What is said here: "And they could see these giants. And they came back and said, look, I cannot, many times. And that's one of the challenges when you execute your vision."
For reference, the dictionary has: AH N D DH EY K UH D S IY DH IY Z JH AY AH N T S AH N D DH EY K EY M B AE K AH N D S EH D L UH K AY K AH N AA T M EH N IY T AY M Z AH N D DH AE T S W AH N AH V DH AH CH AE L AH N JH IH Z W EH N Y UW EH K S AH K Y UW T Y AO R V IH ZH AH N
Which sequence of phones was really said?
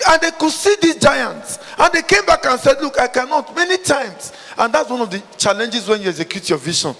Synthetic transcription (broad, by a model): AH N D EY K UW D S IY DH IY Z JH AY AH N T S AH N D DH EY K EY M B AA K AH N S EH D L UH K AY K AH N AA T M EH N IY T AY M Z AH N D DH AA T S W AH N AH V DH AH CH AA L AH N JH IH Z W EH N Y UW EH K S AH K Y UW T Y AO V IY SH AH N